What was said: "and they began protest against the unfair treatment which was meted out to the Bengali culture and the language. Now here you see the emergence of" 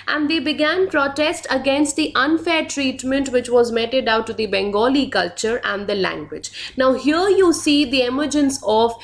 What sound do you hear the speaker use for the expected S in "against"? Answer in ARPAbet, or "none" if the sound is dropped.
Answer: S